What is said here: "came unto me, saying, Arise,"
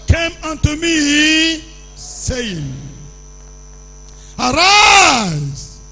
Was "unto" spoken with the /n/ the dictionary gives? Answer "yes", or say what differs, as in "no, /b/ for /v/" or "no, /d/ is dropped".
yes